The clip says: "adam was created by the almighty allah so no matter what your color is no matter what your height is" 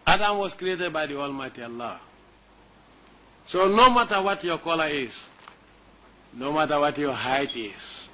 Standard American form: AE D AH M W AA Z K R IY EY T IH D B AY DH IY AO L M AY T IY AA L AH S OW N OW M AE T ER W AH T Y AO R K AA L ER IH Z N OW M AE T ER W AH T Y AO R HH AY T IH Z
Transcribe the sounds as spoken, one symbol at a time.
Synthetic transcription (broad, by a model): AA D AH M W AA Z K R IY EY T IH D B AY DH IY AO L M AY T IY AA L AH S OW N OW M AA T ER W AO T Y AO K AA L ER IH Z N OW M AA T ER W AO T Y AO HH AY T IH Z